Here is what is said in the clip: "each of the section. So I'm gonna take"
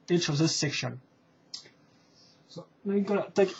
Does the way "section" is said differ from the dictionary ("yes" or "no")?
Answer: no